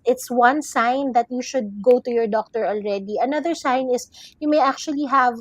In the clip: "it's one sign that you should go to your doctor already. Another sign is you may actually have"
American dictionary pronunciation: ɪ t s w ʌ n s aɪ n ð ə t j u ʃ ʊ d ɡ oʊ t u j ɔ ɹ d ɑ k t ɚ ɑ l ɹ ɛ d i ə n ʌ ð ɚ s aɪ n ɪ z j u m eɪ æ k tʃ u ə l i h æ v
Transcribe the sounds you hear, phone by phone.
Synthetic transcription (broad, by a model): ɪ t s w ʌ n s aɪ n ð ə t j u ʃ ʊ d ɡ oʊ t u j ɔ ɹ d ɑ k t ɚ ɑ l ɹ ɛ d i ə n ʌ ð ɚ s aɪ n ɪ s j u m eɪ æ k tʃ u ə l i h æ v